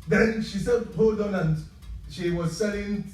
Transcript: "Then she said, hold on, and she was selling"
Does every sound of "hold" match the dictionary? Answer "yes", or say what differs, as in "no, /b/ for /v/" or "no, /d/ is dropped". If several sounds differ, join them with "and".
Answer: no, /l/ is dropped